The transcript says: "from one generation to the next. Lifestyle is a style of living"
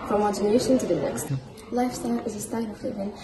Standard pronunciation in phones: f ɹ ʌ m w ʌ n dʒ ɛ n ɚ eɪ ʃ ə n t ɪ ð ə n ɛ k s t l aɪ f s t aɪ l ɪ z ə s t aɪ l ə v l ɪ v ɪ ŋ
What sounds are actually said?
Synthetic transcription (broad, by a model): f ɹ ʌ m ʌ dʒ ɛ n ɚ eɪ ʃ ə n t ɪ ð ə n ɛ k s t l aɪ f s t aɪ l ɪ z ə s t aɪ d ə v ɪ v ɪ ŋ